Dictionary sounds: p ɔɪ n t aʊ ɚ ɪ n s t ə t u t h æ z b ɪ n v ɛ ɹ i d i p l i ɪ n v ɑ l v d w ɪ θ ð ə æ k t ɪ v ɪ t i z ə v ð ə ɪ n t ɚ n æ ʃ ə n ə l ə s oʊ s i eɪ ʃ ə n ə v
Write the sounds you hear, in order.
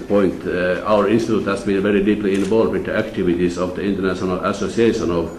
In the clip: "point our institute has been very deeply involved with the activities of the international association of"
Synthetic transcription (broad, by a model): p ɔɪ n t aʊ ɚ ɪ n s t ə t u t h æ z b ɪ n v ɛ ɹ i d i p l i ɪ n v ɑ l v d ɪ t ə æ k t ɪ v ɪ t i s ə v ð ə ɪ n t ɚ n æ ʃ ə n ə l ə s oʊ s i eɪ ʃ ə n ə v